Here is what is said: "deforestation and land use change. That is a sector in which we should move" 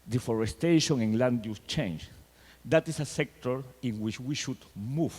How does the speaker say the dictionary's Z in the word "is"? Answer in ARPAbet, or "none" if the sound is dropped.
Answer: S